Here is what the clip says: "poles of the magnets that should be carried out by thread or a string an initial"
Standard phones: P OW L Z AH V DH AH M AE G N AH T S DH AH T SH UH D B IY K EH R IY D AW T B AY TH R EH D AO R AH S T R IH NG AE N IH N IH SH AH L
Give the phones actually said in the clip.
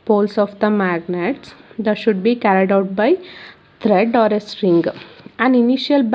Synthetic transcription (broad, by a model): P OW L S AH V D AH M AE G N AH T S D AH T SH UH D B IY K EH R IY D AW T B AY T R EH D AO R AH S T R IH NG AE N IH N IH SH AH L